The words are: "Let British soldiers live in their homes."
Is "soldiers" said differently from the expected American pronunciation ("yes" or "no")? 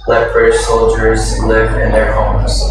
no